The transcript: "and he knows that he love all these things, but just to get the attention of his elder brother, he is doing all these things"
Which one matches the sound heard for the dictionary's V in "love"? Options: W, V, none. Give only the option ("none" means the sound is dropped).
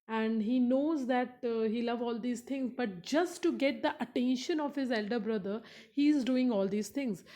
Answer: V